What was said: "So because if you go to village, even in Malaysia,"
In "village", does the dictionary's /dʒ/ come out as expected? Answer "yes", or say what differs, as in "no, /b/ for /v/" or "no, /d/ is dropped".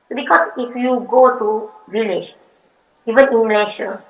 no, /ʃ/ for /dʒ/